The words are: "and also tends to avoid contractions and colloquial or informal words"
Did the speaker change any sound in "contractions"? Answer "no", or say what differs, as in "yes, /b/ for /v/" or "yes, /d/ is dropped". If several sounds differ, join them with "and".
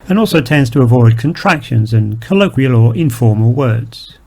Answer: no